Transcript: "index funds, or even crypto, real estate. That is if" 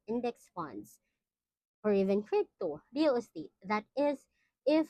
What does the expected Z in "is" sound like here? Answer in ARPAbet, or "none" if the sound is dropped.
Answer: Z